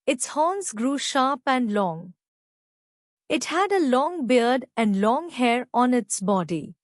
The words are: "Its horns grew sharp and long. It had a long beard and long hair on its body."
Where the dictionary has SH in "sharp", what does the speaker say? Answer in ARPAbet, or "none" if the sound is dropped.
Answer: SH